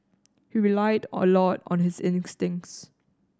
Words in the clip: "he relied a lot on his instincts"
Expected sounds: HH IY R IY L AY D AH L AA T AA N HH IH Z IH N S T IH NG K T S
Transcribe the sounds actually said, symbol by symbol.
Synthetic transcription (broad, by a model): HH IY R IY L AY D AH L AA T AA N HH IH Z IH N S T IH NG K T S